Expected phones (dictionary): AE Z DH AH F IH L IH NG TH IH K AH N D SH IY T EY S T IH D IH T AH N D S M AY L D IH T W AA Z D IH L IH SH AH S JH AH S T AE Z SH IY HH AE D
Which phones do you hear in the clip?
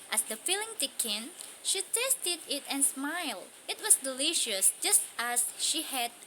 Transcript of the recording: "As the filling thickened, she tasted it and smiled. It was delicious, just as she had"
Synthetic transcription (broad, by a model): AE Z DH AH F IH L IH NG T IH K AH N SH IY T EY S T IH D IH T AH N S M AY L D IH T W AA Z D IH L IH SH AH S JH AH S T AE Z SH IY HH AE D